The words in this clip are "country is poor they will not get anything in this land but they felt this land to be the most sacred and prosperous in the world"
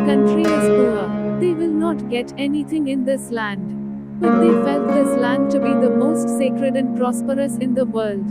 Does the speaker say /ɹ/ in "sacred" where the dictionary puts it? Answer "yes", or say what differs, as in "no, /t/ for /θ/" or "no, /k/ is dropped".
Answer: yes